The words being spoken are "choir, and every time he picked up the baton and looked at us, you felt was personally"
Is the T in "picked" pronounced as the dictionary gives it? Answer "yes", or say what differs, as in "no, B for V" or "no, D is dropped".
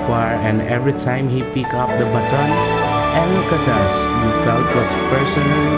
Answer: no, T is dropped